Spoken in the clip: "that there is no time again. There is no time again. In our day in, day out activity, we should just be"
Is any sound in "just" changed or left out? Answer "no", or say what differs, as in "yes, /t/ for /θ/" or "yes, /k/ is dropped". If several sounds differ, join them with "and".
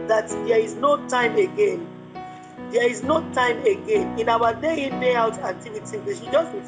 no